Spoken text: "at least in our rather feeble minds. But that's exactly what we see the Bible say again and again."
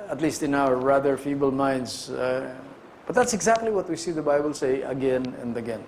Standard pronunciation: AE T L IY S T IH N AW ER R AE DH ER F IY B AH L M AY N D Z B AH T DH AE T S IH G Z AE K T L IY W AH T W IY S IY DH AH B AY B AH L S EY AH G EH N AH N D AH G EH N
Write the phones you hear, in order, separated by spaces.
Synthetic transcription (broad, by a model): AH T L IY S T IH N AW ER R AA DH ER F IY B AH L M AY N D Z B AH T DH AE T S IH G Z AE K T L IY W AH T W IY S IY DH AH B AY B AH L S EY AH G EH N AH N D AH G EH N